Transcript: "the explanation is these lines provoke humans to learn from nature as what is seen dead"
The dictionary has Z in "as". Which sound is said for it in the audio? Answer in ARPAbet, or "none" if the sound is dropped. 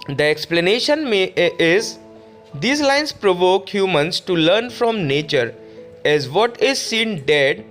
Z